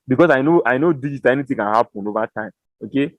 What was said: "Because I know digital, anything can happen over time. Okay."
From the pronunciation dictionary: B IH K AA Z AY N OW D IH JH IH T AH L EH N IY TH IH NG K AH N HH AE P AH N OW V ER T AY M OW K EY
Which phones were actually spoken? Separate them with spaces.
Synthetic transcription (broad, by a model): B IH K AA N AY N OW D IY JH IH T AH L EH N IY T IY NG K AH N HH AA P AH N OW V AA T AY M OW K EY